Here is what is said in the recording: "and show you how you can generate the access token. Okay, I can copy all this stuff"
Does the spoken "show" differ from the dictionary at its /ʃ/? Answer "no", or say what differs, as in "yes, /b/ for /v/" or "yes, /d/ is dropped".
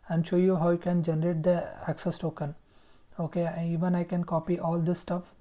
no